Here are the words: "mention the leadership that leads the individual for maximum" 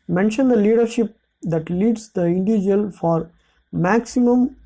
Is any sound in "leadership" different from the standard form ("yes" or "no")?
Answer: no